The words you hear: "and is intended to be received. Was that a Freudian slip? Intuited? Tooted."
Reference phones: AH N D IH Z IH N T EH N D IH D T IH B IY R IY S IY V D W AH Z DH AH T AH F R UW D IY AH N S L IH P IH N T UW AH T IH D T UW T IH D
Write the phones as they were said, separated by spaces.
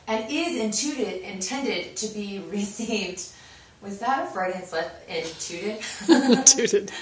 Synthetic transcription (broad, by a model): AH N D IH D IH N T EH N D IH D T IH B IY R IY S IY V D W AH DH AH T AH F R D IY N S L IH IH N T UW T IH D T UW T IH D